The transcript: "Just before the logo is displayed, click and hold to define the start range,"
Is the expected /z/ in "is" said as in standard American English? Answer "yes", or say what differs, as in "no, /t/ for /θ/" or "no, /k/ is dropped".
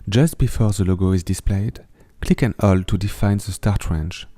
yes